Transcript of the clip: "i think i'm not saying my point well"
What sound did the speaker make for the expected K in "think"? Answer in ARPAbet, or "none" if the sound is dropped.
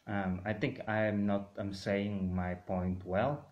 K